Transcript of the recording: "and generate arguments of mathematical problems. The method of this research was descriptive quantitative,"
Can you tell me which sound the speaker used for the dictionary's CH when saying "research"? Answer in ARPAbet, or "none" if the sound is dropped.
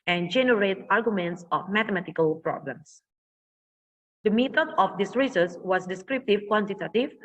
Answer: S